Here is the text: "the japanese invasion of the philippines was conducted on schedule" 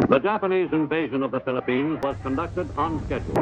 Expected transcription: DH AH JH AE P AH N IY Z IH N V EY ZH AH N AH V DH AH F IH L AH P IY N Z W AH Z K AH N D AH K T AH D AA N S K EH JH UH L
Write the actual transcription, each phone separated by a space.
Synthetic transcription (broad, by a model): DH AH JH AE P AH N IY Z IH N V EY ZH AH N AH V DH AH F IH L AH P IY N Z W AH Z K AH N D AH K T AH D N S K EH JH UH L